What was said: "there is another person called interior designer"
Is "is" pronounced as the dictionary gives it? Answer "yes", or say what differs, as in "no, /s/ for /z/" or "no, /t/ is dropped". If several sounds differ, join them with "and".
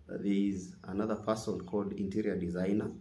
yes